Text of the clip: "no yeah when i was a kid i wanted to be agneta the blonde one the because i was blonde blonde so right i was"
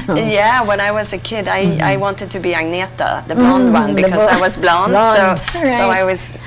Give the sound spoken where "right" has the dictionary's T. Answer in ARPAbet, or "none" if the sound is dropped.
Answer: none